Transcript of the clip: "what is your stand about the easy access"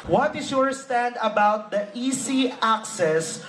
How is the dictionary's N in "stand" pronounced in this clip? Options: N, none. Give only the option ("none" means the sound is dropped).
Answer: N